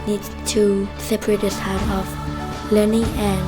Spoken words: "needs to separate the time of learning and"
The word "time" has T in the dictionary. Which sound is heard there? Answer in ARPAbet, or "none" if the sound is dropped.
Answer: S